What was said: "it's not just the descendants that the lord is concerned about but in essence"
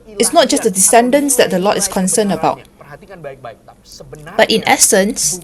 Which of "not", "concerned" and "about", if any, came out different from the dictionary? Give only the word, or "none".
concerned